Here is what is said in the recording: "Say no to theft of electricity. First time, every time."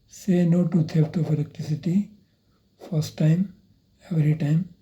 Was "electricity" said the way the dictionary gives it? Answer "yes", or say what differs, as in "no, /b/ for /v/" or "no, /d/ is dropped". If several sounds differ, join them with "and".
no, /ɹ/ is dropped